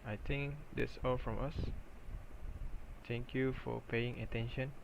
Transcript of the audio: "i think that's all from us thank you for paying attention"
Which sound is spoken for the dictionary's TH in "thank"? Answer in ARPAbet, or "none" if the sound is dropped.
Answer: T